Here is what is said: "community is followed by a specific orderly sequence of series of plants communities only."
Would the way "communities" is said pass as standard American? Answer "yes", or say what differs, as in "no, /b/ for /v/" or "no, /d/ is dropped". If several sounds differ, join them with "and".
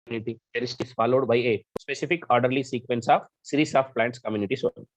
no, /s/ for /z/